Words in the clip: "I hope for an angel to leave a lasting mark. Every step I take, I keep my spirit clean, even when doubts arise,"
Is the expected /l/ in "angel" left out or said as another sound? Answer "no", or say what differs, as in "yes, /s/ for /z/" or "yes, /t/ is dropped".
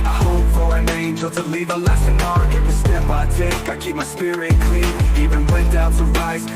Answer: no